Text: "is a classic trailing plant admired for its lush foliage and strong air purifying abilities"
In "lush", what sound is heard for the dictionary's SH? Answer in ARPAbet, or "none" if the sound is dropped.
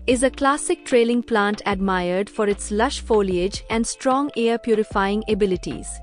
SH